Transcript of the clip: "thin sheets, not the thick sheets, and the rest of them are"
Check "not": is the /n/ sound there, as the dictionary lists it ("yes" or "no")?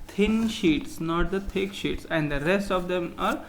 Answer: yes